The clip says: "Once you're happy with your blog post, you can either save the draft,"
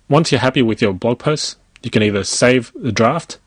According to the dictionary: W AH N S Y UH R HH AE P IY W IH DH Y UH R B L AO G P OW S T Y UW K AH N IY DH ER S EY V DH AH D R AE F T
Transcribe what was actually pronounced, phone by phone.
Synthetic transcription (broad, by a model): W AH N S Y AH R HH AE P IY W IH DH Y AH R B L AO G P OW S T Y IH K AH N IY DH ER S EY V DH AH D R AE F T